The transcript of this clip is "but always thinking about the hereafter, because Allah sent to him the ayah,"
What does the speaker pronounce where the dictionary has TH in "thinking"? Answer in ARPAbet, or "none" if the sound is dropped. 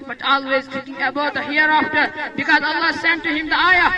T